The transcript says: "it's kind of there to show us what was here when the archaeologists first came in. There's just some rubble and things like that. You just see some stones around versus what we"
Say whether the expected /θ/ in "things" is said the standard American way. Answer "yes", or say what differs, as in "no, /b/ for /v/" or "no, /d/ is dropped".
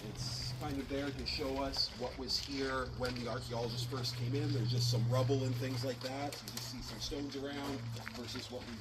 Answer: yes